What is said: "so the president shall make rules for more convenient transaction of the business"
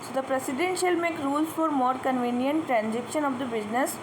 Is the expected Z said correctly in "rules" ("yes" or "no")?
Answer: no